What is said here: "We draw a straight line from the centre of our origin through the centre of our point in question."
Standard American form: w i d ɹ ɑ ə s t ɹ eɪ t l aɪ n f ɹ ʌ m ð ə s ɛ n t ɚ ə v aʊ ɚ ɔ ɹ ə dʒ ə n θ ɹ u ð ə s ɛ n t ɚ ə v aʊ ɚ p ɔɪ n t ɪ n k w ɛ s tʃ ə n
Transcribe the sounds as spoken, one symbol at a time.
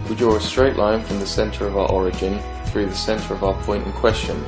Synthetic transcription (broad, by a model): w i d ɹ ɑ ə s t ɹ eɪ t l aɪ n f ɹ ʌ m ð ə s ɛ n t ɚ ə v aʊ ɚ ɔ ɹ ə dʒ ə n θ ɹ u ð ə s ɛ n t ɚ ə v aʊ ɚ p ɔɪ n t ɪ n k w ɛ s tʃ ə n